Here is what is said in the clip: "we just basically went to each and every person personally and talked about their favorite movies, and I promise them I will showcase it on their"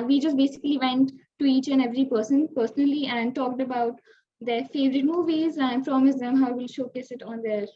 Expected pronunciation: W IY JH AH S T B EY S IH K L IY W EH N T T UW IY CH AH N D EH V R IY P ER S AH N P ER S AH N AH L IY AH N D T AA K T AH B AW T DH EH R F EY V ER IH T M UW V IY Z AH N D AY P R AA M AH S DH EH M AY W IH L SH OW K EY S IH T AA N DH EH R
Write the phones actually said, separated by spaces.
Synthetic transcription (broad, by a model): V IY JH AH S T B EY S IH K L IY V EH N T T UW IY CH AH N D EH V R IY P ER S AH N P ER S AH N AH L IY AH N D T AA K T AH B AW T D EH R F EY V ER IH T M UW V IY Z AH N D P R AA M AH S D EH M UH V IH L SH OW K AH S IH T AA N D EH R